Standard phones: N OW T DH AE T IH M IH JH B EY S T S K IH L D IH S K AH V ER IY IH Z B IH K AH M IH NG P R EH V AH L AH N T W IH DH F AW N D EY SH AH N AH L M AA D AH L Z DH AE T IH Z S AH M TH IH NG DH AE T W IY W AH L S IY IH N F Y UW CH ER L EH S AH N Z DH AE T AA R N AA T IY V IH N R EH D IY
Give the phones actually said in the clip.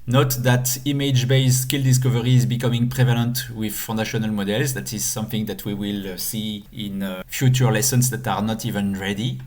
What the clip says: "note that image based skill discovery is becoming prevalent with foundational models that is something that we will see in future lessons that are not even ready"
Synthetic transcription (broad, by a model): N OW T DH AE T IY M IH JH B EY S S K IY L D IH S K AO V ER IY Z B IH K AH M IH NG P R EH V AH L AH N T W IH DH F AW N D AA SH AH N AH L M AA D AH L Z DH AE T IH Z S AH M TH IH NG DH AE T W IY W AH L S IY IH N F Y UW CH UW L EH S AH N S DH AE T AA R N AA T IY V IH N R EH D IY